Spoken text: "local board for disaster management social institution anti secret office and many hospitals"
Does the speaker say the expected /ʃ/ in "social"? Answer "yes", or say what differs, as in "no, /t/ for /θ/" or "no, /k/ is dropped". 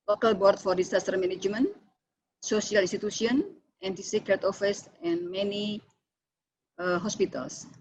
no, /s/ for /ʃ/